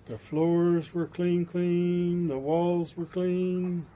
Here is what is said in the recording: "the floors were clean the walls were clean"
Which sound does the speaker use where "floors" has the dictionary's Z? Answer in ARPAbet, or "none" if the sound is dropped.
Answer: Z